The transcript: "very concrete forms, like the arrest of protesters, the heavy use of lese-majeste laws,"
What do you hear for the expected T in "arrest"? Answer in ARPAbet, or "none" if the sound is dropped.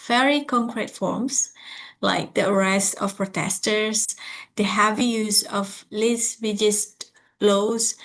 none